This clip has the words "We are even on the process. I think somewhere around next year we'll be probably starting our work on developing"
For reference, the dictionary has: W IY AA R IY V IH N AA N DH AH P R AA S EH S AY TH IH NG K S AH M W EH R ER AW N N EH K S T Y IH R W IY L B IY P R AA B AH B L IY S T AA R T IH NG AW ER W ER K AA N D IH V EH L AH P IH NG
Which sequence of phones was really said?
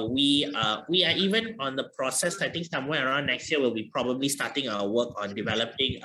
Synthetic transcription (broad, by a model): W IY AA W IY V IH N AA N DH AH P R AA S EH S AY T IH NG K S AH M W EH ER AW N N EH K S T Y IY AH W IY L B IY P R AA B AH B L IY S T AA T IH NG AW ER W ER K AA N D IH V EH L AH P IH NG